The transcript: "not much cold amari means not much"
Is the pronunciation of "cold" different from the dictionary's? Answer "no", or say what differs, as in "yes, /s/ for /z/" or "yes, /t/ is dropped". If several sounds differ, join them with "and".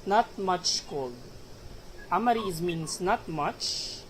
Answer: yes, /d/ is dropped